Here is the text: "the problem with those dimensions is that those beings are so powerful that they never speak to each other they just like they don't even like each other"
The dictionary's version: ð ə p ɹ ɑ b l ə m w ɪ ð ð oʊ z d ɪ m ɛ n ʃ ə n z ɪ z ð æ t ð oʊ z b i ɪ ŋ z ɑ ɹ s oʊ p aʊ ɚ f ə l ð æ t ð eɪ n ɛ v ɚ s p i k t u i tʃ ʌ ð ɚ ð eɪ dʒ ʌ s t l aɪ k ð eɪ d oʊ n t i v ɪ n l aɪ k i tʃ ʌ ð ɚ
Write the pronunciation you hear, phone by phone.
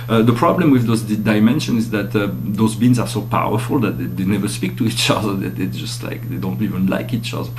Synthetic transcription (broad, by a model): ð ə p ɹ ɑ b l ə m w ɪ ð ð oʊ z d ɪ m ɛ n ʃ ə n ɪ z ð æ t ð oʊ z b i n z ɑ ɹ s oʊ p aʊ ɚ f ə l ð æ t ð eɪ n ɛ v ɚ s p i k t u i tʃ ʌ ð ɚ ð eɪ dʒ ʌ s t l aɪ k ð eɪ d oʊ n t i v ɪ n l aɪ k i tʃ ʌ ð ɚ